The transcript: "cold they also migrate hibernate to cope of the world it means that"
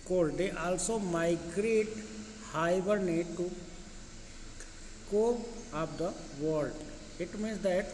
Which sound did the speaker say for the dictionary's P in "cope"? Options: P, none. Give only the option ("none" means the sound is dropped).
none